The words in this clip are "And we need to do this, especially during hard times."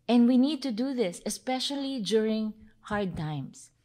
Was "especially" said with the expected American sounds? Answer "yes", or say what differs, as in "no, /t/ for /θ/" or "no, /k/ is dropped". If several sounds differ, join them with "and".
yes